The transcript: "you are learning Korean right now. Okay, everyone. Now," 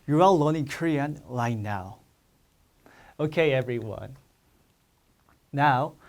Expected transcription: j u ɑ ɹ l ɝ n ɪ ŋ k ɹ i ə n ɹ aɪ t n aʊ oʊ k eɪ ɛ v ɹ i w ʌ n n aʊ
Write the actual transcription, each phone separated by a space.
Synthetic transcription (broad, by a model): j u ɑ l l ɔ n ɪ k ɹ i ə n l aɪ n aʊ oʊ k eɪ ɛ v ɹ i w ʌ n n aʊ